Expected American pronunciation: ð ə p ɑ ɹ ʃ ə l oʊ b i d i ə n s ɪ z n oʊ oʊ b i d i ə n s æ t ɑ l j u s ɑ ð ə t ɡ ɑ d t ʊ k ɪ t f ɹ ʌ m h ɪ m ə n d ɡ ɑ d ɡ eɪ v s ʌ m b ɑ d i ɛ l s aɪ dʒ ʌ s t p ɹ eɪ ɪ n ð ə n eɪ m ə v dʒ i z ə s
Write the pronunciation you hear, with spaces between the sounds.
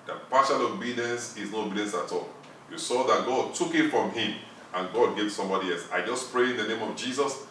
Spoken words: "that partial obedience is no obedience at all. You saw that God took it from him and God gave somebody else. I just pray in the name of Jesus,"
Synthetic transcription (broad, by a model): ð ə p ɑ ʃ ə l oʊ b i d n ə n s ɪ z n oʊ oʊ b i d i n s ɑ t ɑ l j u s ɑ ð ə t ɡ ɑ d t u k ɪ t f ɹ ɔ m h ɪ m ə n ɡ ɑ d ɡ eɪ v s ʌ m b ɑ d i ɛ l s aɪ dʒ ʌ s p ɹ eɪ ɪ n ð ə n eɪ m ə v dʒ i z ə s